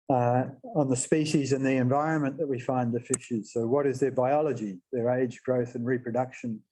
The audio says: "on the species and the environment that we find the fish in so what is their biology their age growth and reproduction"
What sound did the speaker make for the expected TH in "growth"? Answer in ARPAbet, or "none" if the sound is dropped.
TH